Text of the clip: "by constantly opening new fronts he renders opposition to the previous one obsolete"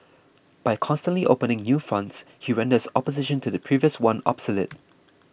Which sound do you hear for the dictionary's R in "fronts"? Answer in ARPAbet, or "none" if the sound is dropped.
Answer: R